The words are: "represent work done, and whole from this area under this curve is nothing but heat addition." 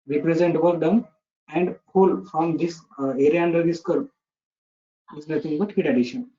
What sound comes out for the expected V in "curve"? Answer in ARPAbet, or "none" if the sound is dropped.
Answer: P